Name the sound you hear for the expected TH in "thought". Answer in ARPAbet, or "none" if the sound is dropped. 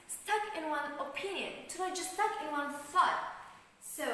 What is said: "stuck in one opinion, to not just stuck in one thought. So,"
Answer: S